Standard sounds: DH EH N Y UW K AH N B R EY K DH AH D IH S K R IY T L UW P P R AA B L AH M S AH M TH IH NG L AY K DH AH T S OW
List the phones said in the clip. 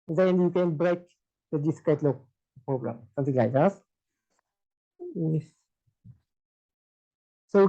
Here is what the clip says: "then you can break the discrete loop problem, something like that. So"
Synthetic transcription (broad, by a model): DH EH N Y UW K AH N B R EY K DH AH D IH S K EH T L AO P P R AA B L AH M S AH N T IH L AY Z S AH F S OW